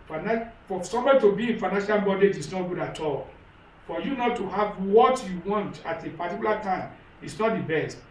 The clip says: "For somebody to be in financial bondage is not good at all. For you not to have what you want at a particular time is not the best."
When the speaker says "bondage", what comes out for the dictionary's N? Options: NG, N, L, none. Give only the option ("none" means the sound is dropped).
none